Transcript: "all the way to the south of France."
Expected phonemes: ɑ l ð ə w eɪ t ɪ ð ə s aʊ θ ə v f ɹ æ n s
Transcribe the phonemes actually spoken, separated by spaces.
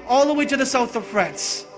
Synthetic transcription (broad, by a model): ɑ l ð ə w eɪ t ɪ ð ə s aʊ θ ə v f ɹ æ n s